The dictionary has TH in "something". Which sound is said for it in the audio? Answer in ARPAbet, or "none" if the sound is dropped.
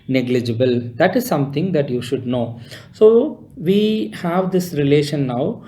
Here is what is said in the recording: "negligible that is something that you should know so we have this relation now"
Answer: T